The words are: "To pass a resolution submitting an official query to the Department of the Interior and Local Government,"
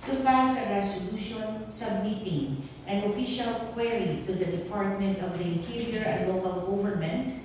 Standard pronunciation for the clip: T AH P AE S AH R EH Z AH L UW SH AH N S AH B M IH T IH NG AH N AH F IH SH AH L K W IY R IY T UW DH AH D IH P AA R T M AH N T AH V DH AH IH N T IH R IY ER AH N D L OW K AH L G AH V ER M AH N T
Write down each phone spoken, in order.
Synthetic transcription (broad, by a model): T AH P AE S AH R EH S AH L UW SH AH N S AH B M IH T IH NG AH N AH F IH SH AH L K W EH R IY T UW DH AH D IH P AA R T M AH N T AH V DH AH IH N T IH R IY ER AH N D L OW K AH L G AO V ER M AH N T